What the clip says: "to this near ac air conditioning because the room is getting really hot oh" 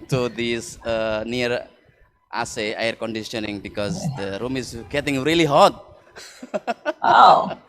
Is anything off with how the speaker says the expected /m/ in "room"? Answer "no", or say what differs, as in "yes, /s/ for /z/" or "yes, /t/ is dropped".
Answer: no